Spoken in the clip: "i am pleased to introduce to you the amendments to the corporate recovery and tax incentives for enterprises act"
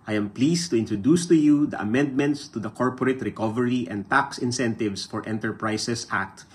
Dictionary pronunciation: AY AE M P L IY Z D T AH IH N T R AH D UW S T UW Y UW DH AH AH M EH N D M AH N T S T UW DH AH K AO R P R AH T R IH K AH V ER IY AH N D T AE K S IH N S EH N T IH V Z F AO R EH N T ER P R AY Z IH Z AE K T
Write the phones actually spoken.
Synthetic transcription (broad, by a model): AY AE M P L IY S T AH IH N T R AH D UW S T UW Y UW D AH AH M EH N D M AH N T S T UW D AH K AO R P R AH T R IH K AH V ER IY AH N D T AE K S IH N S EH N T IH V S F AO R EH N T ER P R AY S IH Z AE K T